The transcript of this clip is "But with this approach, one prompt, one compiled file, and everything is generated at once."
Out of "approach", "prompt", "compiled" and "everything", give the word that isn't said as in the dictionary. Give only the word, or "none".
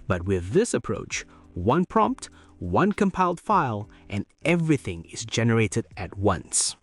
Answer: none